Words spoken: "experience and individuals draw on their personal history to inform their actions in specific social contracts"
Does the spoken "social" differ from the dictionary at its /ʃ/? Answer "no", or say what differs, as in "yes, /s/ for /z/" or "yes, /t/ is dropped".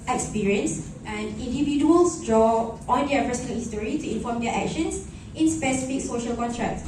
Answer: no